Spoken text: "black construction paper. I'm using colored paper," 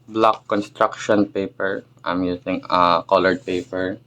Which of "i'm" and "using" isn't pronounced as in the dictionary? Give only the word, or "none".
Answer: using